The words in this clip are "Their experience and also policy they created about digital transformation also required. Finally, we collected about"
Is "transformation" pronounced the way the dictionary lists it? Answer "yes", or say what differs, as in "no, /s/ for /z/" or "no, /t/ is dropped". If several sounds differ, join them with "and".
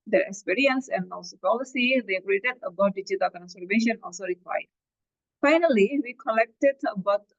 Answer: no, /f/ is dropped